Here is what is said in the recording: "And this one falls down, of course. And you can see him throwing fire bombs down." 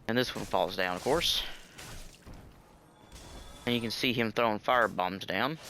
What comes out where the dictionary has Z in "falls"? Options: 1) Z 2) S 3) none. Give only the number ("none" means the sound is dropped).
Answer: 1